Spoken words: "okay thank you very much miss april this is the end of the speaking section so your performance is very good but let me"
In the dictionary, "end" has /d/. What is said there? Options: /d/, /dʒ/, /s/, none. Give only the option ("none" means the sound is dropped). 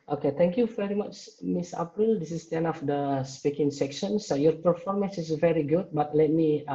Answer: none